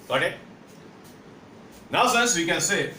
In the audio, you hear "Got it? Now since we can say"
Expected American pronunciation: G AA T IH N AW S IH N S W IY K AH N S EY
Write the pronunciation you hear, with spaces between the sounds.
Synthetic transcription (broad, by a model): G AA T IH N AW S IH N S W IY K AH N S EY